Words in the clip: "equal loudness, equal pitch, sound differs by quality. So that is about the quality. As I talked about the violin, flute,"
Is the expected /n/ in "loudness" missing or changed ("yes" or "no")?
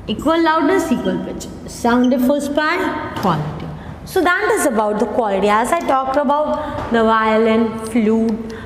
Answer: yes